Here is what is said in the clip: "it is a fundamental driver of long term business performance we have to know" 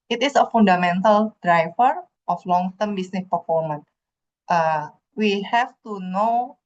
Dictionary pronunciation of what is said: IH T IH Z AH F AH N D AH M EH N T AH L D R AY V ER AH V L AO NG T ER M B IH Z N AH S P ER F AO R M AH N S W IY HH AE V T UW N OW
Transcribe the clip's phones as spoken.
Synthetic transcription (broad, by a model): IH T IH S AH F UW N D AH M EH N T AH L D R AY F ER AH F L AO NG T ER M B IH S N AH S P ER F AO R M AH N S W IY HH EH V T UW N OW